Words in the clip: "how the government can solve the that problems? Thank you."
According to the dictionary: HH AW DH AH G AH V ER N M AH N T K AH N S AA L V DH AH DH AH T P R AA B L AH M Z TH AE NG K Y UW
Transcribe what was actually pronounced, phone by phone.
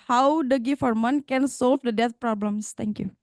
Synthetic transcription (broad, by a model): HH AW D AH G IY F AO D M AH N K AH N S AA L V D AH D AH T P R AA B L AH M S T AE NG K Y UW